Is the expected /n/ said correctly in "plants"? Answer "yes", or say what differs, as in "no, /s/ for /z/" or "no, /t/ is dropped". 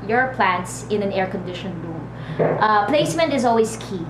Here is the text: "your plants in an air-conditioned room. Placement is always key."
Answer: yes